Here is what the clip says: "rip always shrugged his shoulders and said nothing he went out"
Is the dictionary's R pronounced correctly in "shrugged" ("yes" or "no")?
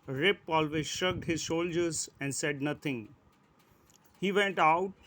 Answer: no